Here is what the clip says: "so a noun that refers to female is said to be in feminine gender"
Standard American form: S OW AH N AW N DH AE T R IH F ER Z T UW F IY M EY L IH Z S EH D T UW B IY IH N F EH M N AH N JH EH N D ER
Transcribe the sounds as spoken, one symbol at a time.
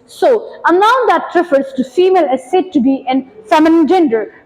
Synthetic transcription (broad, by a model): S OW AH L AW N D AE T R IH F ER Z T UW F IY M EY L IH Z S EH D T UW B IY IH N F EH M AH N JH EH N D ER